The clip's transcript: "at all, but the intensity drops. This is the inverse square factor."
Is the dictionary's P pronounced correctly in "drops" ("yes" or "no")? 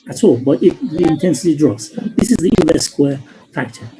no